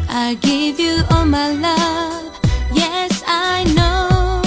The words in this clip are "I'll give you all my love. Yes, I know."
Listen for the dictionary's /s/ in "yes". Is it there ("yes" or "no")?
yes